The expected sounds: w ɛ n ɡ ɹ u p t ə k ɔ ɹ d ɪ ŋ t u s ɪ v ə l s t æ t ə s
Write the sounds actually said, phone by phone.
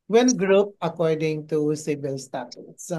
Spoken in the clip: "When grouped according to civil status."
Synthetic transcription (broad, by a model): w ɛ n ɡ ɹ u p ə k ɔ ɹ d ɪ ŋ t u s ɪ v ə l s t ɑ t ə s